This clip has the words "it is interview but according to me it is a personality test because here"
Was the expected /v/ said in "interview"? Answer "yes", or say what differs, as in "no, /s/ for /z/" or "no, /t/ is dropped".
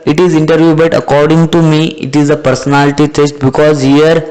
yes